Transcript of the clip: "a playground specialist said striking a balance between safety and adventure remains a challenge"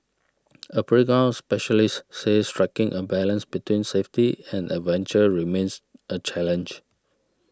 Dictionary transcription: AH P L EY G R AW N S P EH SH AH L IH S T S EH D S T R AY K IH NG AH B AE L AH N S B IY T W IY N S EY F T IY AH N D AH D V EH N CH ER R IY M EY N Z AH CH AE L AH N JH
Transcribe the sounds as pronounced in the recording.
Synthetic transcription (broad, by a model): AH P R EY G AW S P EH SH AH L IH S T S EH S T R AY K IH NG AH B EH L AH N S B IY T W IY N S EY F T IY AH N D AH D V EH N CH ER R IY M EY N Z AH CH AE L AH N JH